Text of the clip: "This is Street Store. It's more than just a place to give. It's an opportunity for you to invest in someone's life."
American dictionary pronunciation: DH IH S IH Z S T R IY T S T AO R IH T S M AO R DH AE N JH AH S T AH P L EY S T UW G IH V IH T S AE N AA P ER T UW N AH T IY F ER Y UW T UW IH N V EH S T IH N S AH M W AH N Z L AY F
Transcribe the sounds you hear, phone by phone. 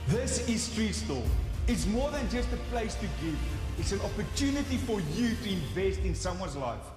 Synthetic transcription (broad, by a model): DH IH S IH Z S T R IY S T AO L IH T S M AO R DH AE N JH AH S T AH P L EY S T UW G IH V IH T S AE N AA P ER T UW N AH T IY F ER Y UW T UW IH N V EH S T IH N S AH M W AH N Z L AY F